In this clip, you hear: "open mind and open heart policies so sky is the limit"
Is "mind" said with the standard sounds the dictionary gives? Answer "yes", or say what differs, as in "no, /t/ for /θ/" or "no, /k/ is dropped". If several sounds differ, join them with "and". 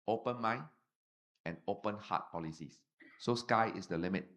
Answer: no, /d/ is dropped